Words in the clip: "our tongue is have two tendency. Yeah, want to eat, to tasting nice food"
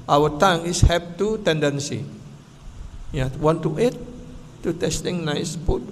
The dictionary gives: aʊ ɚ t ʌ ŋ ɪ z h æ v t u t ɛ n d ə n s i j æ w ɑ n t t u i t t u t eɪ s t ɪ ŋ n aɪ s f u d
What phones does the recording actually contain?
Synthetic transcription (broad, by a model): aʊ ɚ t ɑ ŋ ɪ s h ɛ p t u t ɛ n d ə n s i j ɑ w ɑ n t t u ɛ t t u t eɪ s t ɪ ŋ n aɪ s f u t